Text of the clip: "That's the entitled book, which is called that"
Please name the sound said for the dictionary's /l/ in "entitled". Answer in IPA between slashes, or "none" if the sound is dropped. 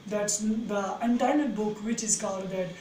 none